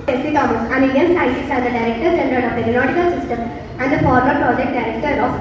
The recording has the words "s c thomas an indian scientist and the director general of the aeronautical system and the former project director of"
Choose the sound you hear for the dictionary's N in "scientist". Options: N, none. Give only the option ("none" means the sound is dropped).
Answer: none